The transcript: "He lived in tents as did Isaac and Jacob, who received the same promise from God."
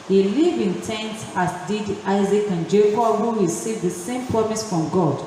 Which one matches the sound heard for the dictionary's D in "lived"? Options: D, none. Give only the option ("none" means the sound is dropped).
none